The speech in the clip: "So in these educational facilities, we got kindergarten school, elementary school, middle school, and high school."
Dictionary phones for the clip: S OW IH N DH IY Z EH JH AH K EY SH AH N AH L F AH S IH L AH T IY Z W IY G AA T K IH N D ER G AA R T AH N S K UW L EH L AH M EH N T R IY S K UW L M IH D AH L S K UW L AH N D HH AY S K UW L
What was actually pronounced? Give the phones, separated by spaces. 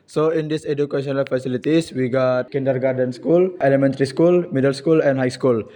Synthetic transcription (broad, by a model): S OW IH N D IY S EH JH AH K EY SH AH N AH L F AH S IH L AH T IY S W IY G AA T K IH N D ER G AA R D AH N S K UW L EH L AH M EH N T R IY S K UW L M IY D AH L S K UW L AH N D HH AY S K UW L